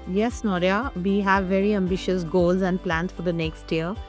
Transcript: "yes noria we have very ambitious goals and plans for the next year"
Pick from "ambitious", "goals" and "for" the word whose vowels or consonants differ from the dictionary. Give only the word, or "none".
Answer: none